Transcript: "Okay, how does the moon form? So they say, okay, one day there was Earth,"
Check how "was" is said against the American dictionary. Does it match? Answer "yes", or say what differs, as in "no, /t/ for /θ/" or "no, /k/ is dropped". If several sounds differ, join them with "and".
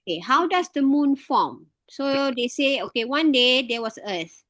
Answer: no, /s/ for /z/